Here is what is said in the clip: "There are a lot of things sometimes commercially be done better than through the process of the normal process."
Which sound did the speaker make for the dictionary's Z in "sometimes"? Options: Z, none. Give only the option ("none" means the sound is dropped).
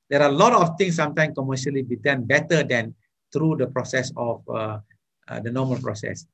none